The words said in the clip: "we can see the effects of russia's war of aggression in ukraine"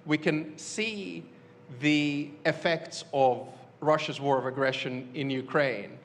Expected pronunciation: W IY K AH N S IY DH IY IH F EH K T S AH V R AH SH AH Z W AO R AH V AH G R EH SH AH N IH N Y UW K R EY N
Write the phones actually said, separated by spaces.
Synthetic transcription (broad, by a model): W IY K AH N S IY DH IY IH F EH K T S AH V R AH SH AH Z W AO R AH V AH G R EH SH AH N IH N Y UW K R EY N